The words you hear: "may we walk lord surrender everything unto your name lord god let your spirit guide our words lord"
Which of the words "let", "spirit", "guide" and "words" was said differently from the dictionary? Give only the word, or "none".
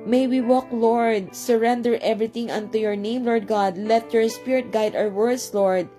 words